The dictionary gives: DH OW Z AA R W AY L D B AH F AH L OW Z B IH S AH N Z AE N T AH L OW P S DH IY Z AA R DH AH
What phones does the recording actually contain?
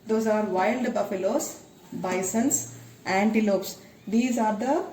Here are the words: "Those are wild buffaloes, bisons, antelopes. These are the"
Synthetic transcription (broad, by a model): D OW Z AA R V AY L D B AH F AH L OW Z B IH S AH N S AE N T AH L OW P S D IY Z AA R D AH